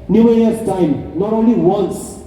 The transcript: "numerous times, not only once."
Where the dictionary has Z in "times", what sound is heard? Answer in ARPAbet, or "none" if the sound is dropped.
none